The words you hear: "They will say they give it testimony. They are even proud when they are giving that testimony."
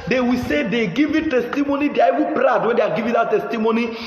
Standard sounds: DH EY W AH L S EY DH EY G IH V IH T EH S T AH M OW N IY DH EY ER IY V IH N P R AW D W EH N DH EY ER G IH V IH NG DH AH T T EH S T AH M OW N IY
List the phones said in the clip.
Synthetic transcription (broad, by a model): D EY W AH S EY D EY G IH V IH T EH S T AH M OW N IY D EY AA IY W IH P R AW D W EH N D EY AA G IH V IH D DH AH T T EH S T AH M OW N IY